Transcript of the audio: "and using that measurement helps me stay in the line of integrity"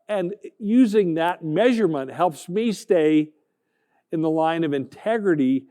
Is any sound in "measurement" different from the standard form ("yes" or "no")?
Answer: no